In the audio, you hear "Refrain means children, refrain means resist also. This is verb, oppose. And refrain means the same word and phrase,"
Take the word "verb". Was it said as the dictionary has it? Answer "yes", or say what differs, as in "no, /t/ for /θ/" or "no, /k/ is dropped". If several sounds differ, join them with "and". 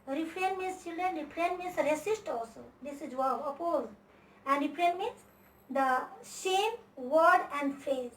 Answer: no, /b/ is dropped